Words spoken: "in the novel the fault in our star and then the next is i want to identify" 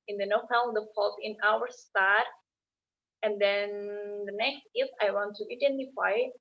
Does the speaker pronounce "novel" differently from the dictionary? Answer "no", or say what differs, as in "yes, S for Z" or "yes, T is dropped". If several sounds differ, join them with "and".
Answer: yes, P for V